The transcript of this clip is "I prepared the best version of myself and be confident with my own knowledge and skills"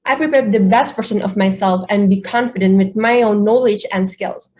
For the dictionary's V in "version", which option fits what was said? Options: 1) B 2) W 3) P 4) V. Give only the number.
3